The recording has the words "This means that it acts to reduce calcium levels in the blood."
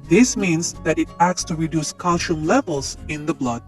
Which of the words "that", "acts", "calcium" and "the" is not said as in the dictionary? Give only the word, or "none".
calcium